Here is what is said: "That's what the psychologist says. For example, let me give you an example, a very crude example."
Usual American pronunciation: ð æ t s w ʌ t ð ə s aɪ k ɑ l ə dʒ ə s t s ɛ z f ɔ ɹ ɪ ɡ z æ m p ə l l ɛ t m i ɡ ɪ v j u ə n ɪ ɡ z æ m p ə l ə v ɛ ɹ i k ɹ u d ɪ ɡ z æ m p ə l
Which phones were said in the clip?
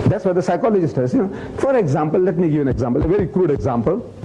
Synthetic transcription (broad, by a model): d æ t s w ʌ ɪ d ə s aɪ k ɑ l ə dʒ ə s t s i f ɔ ɹ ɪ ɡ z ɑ m p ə l l ɛ t m i ɡ ɪ v ə n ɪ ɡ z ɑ m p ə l ə v ɛ ɹ i k ɹ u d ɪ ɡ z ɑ m p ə l